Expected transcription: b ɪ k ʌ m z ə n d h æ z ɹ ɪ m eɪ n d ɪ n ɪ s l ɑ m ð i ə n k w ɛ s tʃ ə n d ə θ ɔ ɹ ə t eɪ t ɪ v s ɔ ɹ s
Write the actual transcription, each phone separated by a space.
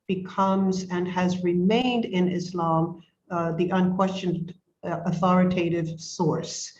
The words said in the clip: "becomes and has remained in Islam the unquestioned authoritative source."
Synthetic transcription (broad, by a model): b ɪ k ʌ m z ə n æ z ɹ ɪ m eɪ n d ɪ n ɪ s l ɑ m ð i ə n k w ɛ s tʃ ə n d ə θ ɔ ɹ ə t eɪ t ɪ v s ɔ ɹ s